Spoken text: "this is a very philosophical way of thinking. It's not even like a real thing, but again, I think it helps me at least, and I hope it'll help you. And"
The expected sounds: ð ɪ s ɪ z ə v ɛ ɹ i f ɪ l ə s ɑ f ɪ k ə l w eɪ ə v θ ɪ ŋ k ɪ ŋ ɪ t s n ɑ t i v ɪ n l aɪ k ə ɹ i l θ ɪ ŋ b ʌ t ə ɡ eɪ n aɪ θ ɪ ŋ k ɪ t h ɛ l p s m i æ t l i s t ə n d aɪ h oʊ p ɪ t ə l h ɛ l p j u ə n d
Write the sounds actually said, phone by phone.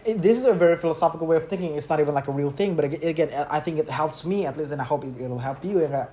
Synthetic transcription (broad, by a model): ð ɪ s ɪ z ə v ɛ ɹ i f ɪ l ə s ɑ f ɪ k ə l w eɪ ə v θ ɪ ŋ k ɪ ŋ ɪ t s n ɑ t i v ɪ n l aɪ k ə ɹ i l θ ɪ ŋ b ʌ t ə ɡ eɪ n aɪ θ ɪ ŋ k ɪ t h ɛ l p s m i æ t l i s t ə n aɪ h oʊ p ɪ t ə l h ɛ l p j u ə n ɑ